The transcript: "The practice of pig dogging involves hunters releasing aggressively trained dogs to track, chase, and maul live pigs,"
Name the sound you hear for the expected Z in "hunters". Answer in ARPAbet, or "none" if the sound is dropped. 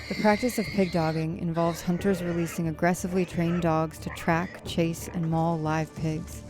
Z